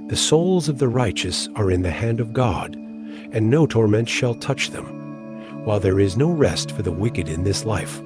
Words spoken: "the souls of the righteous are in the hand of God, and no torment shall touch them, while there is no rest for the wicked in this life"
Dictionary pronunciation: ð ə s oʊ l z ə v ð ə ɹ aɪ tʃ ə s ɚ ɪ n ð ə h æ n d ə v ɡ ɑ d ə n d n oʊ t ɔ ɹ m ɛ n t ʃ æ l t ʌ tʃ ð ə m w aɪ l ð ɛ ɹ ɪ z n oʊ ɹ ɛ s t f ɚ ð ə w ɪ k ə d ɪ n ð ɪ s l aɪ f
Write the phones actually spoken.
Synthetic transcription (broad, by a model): ð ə s oʊ l z ə v ð ə ɹ aɪ tʃ ə s ɚ ɪ n ð ə h æ n d ə v ɡ ɑ d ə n n oʊ t ɔ ɹ m ɛ n t ʃ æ l t ʌ tʃ ð ə m w aɪ l ð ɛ ɹ ɪ z n oʊ ɹ ɛ s t f ɚ ð ə w ɪ k ə d ɪ n ð ɪ s l aɪ f